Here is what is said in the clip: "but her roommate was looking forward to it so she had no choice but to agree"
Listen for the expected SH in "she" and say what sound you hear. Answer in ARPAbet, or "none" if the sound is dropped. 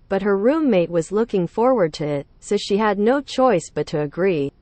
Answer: SH